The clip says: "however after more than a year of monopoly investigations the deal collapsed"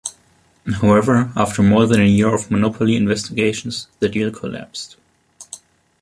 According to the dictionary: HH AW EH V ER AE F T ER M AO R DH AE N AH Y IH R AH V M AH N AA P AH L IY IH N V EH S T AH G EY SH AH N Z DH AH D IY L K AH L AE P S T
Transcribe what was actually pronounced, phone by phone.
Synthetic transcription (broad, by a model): HH AW EH V ER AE F T ER M AO R DH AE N AH Y IH R AH V M AH N AA P AH L IY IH N V EH S T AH G EY SH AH N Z DH AH D IY L K AH L AE P S T